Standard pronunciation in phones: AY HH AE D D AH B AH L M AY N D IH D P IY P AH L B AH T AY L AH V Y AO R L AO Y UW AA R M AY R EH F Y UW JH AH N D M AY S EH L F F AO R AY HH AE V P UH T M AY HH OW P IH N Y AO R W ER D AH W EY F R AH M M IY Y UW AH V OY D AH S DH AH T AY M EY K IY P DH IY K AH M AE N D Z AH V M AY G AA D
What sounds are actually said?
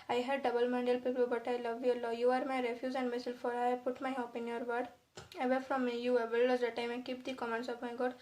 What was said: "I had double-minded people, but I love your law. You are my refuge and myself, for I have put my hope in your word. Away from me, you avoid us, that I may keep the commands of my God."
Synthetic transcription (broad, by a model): AY HH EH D D AH B AH L M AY N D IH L P IY P AH L B AH T AY L AH V Y AO R L AO Y UW AA R M AY R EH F Y UW Z AH N D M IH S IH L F F AO R AY P UH T M AY HH OW P IH N Y AO R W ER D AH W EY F R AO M M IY Y UW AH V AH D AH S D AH T AY M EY K IY P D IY K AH M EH N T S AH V M AY G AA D